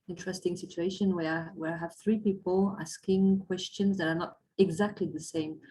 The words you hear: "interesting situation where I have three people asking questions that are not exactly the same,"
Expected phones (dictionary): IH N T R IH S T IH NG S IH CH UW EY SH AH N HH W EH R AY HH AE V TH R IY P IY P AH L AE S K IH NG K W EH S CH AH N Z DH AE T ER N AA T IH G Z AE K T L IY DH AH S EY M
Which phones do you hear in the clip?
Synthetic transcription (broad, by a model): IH N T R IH S T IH NG S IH CH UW EY SH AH N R W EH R AY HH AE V TH R IY P IY P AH L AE S K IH NG K W EH S CH AH N Z DH AE T ER N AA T IH G Z AE K T L IY DH AH S EY M